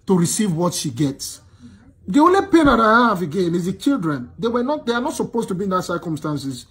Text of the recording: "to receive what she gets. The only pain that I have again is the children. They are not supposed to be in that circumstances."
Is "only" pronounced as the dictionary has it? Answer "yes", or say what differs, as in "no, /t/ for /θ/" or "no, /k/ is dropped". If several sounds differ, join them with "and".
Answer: yes